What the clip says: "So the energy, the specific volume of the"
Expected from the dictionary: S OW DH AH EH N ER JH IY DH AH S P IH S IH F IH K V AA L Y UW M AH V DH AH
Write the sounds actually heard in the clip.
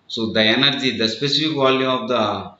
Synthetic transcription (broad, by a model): S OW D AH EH N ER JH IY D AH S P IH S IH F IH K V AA L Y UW AH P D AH